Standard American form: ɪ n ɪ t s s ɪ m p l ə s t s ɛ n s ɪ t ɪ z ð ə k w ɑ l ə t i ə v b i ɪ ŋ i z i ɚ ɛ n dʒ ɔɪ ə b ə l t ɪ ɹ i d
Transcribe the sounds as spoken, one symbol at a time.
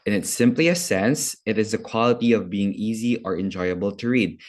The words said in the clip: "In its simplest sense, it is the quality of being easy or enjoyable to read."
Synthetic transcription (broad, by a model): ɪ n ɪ t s s ɪ m p l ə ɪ s ɛ n s ɪ t ɪ z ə k w ɑ l ə t i ə v b i ɪ ŋ i z i ɚ ɛ n dʒ ɔɪ ə b ə l t ɪ ɹ i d